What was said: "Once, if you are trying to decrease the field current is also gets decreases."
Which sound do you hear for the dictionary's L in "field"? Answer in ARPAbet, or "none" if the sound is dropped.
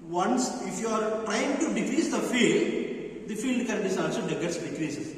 L